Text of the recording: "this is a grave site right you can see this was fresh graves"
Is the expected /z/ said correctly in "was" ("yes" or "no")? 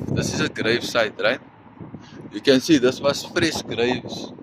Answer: no